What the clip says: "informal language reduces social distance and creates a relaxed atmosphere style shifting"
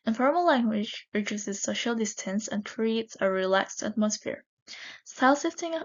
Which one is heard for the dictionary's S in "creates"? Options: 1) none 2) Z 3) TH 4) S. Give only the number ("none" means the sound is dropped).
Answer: 4